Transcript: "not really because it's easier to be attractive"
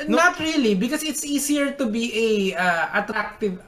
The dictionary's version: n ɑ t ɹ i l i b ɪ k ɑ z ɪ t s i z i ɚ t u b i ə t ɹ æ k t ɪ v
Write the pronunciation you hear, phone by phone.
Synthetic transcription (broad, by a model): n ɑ t ɹ i l i b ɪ k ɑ s ɪ t s i s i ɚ t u b i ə t ɹ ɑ k t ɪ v